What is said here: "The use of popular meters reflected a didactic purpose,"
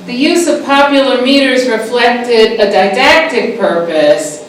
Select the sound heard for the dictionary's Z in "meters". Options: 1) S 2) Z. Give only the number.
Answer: 2